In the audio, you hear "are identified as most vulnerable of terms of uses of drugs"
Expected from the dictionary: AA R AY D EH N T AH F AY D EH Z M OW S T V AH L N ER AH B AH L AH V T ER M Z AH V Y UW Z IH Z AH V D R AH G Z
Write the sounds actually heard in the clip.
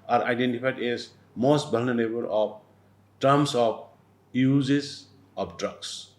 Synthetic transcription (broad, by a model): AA R AY D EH N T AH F AY D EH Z M OW S T B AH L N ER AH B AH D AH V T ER M S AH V Y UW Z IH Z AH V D R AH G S